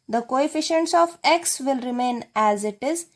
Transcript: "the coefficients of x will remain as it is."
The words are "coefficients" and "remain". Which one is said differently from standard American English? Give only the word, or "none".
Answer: none